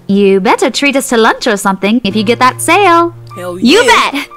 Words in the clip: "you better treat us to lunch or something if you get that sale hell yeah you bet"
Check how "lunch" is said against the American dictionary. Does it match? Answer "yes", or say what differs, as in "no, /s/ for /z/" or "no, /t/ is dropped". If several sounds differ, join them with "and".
yes